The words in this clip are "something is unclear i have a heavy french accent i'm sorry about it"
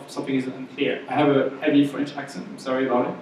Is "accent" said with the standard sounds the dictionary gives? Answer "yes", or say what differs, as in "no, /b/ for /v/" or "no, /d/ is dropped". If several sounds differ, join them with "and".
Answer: no, /t/ is dropped